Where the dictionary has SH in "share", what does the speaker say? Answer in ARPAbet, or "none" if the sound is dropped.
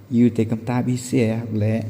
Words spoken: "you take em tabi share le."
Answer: S